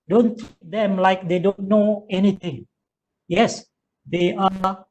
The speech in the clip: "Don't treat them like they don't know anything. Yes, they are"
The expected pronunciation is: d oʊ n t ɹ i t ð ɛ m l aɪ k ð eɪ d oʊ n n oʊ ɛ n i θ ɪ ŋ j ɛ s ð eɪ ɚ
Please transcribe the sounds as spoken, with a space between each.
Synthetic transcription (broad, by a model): d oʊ n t i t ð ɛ m l aɪ k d eɪ d oʊ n n oʊ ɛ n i t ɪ ŋ j ɛ s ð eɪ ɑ